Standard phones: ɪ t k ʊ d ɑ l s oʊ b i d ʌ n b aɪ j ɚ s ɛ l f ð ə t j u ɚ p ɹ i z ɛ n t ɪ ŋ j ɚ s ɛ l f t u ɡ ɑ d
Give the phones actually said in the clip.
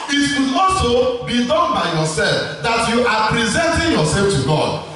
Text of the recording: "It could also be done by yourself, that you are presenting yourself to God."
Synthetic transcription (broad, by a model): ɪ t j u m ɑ s oʊ b i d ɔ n b aɪ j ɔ s ɛ l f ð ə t j u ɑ p ɹ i z ɛ n t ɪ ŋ j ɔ s ɛ l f t u ɡ ɑ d